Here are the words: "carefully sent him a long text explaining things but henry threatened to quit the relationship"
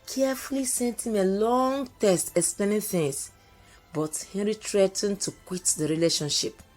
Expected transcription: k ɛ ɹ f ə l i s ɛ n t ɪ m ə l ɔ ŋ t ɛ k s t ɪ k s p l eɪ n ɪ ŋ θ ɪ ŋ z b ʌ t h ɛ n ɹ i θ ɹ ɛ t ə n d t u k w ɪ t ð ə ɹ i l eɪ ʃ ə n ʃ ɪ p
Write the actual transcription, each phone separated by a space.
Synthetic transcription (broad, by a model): k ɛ f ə l i s ɛ n t ɪ m ə l ɔ ŋ t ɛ s t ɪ k s p l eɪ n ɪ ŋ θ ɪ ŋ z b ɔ t h ɛ n ɹ i t ɹ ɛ t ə n t u k w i t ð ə ɹ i l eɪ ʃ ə n ʃ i p